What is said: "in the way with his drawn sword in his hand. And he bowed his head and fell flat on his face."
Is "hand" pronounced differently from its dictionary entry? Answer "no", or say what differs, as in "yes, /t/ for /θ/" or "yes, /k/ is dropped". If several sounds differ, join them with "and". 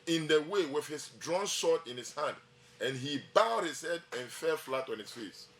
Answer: no